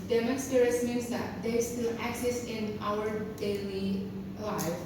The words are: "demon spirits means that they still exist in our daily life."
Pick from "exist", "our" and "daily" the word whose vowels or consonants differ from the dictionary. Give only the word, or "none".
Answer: exist